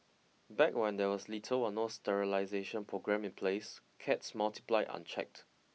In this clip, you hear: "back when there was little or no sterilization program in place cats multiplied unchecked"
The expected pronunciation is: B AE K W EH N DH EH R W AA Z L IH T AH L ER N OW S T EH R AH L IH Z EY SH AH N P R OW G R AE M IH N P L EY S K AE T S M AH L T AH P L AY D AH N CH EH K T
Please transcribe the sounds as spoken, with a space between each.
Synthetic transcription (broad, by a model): B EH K W EH N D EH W AA S L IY T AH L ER N OW S T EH R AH L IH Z EY SH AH N P R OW G R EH M IH N P L EY S K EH T S M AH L T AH P L AY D AH N CH EH K T